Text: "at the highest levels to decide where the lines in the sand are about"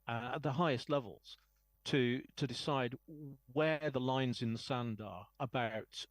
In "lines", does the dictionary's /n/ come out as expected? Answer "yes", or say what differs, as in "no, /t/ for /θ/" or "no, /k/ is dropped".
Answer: yes